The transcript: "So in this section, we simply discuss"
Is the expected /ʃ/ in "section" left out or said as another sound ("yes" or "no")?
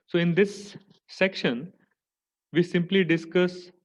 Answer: no